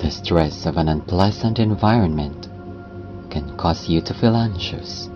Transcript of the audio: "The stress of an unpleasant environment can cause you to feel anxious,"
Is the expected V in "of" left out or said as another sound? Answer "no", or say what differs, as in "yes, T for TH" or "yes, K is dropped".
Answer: no